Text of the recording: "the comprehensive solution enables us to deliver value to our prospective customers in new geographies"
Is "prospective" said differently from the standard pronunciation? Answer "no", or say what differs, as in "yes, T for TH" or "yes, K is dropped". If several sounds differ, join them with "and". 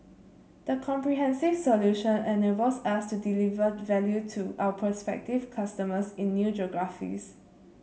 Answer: yes, R is dropped